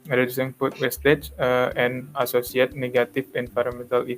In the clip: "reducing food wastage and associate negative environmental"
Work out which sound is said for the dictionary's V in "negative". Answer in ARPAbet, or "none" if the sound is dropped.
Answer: F